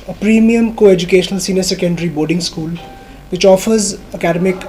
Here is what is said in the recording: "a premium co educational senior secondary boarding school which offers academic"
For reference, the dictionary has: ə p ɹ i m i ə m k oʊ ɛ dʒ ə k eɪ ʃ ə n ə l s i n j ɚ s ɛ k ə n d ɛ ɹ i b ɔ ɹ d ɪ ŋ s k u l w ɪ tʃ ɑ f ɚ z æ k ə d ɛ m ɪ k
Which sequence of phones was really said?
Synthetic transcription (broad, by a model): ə p ɹ i m i ə m k oʊ ɛ dʒ ə k eɪ ʃ ə n ə l s i n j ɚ s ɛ k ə n d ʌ ɹ i b ɔ ɹ d ɪ ŋ s k u l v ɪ tʃ ɑ f ɚ z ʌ k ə d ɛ m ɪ k